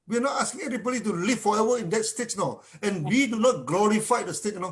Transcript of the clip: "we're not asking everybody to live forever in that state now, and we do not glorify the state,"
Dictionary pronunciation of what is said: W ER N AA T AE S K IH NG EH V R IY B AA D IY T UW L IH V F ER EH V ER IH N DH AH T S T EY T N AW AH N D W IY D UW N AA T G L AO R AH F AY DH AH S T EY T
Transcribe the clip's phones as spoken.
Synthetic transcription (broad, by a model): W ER N AA T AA S K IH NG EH R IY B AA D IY T UW L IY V F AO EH V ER IH N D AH T S T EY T N AW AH N W IY D UW N AA T G L AO R AH F AY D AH S T EY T